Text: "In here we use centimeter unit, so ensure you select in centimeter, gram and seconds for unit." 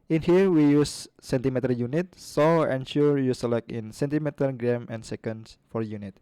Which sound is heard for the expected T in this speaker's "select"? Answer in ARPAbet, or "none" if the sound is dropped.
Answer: none